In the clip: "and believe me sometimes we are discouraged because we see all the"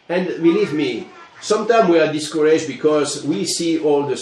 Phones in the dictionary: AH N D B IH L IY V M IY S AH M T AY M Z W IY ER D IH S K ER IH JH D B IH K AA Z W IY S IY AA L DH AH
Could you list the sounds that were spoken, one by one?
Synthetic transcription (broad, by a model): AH N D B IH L IY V M IY S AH M T AY M W IY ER D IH S K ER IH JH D B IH K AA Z W IY S IY AA L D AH